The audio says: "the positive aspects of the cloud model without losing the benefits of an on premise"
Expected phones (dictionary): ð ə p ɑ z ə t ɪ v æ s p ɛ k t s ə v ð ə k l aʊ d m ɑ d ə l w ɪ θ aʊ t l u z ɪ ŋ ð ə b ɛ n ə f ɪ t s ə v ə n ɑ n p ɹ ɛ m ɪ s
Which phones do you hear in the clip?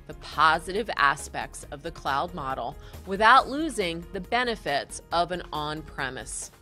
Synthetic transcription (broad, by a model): ð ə p ɑ z ə t ɪ v æ s p ɛ k t s ə v ð ə k l aʊ d m ɑ d l w ɪ θ aʊ t l u z ɪ ŋ ð ə b ɛ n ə f ɪ t s ə v ə n ɑ n p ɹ ɛ m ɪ s